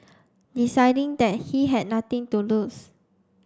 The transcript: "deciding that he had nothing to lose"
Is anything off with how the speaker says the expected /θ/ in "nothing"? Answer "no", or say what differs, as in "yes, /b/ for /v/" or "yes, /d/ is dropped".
yes, /t/ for /θ/